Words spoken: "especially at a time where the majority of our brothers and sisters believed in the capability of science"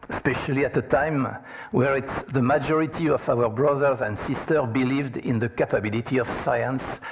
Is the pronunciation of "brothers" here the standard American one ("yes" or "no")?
yes